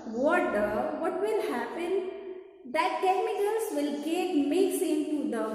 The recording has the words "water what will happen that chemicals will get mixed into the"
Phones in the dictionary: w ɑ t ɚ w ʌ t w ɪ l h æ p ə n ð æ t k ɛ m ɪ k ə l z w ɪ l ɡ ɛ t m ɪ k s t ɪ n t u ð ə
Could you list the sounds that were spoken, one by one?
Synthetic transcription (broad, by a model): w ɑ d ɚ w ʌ t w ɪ l h æ p ə n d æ t k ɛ m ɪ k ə l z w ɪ l ɡ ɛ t m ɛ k s ɪ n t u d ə